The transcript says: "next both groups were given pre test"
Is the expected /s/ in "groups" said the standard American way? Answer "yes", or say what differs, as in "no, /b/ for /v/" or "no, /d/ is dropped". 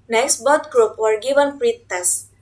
no, /s/ is dropped